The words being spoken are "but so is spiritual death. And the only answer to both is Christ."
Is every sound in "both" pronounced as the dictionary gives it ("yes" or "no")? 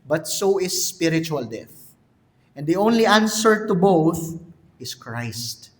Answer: yes